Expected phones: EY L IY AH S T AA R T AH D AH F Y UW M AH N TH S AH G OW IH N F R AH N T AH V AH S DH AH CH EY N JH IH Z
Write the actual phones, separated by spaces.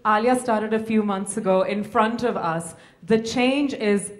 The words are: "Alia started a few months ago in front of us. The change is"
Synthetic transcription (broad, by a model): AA L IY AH S T AA R T AH D AH F Y UW M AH N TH S AH G OW IH N F R AH N T AH V AH S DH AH CH EY N JH IH Z